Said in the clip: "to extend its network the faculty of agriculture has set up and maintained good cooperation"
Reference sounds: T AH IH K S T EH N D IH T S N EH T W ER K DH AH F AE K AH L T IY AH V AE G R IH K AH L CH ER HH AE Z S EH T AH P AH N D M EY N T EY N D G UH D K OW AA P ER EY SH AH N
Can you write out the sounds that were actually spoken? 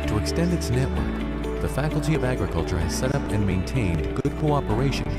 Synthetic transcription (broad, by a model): T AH IH K S T EH N D IH T S N EH T W ER K DH AH F AE K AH L T IY AH V AE G R IH K AH L CH ER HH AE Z S EH T AH P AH N M EY N T EY N G UH D K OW AA P ER EY SH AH N